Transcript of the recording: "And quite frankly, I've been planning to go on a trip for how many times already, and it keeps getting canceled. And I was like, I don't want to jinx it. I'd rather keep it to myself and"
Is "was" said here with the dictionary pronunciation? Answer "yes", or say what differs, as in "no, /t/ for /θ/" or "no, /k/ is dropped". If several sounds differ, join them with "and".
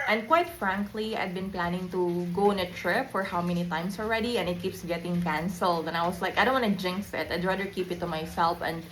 no, /s/ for /z/